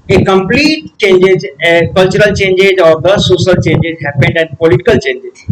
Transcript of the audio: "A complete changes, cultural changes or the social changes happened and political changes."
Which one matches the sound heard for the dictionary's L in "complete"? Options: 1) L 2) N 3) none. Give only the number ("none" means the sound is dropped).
1